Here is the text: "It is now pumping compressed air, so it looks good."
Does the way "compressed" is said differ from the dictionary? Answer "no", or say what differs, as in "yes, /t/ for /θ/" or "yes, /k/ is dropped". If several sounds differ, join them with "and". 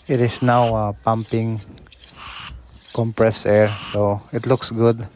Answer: yes, /t/ is dropped